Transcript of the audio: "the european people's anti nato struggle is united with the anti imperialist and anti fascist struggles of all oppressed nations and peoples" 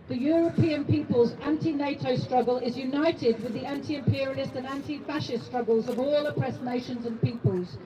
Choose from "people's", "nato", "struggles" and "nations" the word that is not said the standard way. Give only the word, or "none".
none